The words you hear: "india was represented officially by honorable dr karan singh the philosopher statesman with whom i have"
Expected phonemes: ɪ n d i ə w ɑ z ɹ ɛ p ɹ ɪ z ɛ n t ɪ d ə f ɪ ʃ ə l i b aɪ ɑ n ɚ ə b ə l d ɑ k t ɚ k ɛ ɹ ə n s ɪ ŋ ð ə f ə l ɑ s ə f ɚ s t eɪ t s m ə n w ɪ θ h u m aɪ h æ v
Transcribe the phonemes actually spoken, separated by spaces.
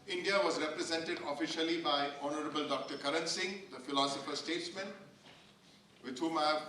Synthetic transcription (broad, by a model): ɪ n d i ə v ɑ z ɹ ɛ p ɹ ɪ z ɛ n t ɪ d ə f ɪ ʃ ə l i b aɪ ɑ n ɚ ə b ə l d ɑ k t ɚ k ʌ ɹ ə n s ɪ ŋ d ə f ə l ɑ s ə f ɚ s t eɪ t s m ə n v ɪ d h u m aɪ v